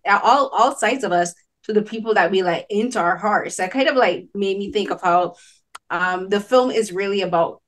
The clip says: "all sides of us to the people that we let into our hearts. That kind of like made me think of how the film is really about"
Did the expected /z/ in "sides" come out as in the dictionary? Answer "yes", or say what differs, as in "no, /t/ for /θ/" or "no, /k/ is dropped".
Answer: yes